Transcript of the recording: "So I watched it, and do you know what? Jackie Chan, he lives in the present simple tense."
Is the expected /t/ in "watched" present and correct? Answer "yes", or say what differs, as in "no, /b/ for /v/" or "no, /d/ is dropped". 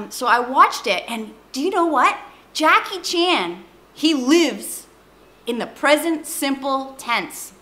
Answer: yes